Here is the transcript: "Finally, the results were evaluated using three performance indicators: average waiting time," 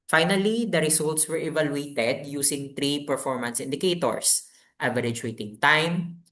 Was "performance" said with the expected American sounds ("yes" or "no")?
yes